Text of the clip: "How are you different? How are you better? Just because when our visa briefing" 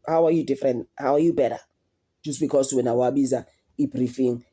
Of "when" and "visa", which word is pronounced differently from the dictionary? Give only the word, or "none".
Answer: visa